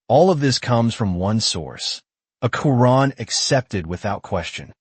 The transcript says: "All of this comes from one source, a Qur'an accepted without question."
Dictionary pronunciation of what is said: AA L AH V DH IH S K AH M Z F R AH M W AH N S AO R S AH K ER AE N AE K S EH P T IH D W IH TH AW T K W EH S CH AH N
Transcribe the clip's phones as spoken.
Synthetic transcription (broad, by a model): AA L AH V DH IH S K AH M Z F R AH M W AH N S AO R S AH K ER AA N AE K S EH P T IH D W IH TH AW T K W EH S CH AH N